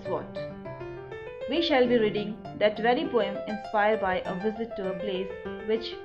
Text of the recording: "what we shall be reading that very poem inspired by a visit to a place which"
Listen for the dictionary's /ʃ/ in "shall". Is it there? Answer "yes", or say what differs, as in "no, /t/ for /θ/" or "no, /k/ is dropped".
yes